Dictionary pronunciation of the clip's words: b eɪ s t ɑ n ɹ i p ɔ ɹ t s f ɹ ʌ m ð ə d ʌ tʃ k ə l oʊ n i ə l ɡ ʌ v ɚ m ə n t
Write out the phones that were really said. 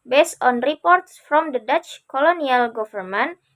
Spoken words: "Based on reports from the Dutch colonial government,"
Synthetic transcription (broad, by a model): b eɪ s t ɑ n ɹ i p ɔ ɹ t s f ɹ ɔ m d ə d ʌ tʃ k ə l oʊ n i ə l ɡ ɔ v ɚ m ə n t